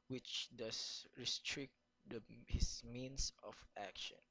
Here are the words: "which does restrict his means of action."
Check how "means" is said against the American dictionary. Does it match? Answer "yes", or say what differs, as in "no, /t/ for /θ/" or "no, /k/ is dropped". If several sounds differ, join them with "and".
no, /s/ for /z/